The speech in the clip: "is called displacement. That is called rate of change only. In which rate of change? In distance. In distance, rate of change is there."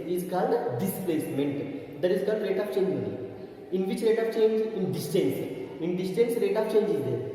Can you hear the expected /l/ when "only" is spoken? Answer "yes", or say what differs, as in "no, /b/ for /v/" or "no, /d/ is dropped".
no, /l/ is dropped